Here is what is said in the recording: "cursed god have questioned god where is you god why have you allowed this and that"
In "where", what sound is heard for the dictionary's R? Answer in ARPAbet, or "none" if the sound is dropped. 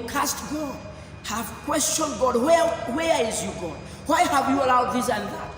W